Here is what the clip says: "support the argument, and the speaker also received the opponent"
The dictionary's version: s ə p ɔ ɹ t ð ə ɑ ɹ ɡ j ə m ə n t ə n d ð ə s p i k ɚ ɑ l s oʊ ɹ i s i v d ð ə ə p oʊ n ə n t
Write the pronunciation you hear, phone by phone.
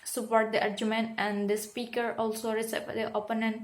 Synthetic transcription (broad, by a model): s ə p ɔ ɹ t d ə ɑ ɹ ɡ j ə m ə n t ə n d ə s p i k ɚ ɑ l s oʊ ɹ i s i p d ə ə p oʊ n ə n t